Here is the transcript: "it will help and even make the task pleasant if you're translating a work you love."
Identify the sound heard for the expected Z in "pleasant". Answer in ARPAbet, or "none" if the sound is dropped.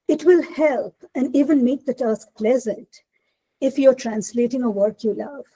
Z